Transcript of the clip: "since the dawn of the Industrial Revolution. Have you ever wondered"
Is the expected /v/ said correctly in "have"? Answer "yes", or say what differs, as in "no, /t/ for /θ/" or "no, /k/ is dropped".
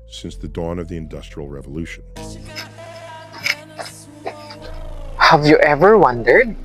yes